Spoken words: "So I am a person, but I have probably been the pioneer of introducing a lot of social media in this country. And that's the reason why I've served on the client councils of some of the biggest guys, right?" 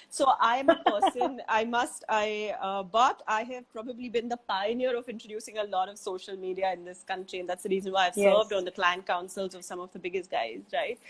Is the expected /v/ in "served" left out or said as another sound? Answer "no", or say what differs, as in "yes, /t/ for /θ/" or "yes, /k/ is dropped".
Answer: no